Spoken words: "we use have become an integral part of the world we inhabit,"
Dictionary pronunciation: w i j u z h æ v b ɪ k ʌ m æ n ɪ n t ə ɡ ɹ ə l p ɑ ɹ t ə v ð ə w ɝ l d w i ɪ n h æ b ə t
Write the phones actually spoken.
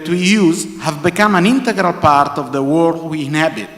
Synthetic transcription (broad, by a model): w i j u z h æ v b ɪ k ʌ m æ n ɪ n t ə ɡ ɹ ə l p ɑ ɹ t ə v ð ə w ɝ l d w i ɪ n h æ b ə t